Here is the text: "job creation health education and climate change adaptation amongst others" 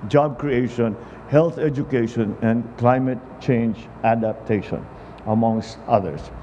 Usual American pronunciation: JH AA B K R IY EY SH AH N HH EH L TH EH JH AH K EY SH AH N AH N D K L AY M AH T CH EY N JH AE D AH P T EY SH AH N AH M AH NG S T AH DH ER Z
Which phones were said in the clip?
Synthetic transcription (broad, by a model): JH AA B K R IY EY SH AH N HH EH L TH EH JH AH K EY SH AH N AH N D K L AY M AH T CH EY N JH AE D AH P T EY SH AH N AH M AH NG S T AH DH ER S